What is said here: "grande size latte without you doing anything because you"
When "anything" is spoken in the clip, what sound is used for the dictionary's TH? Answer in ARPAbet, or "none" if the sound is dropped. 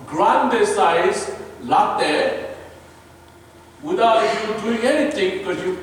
T